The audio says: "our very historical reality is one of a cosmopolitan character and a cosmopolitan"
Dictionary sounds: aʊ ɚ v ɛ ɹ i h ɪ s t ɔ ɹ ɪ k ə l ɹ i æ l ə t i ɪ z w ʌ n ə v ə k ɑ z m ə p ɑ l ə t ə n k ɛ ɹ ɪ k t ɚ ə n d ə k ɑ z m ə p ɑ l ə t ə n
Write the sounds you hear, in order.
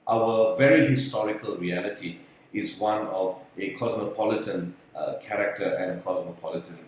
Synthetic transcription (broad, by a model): aʊ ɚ v ɛ ɹ i h ɪ s t ɔ ɹ ɪ k ə l ɹ i æ l ə t i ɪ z w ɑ n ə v ə k ɑ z m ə p ɑ l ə t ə n k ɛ ɹ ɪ k t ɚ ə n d ə k ɑ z m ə p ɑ l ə t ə n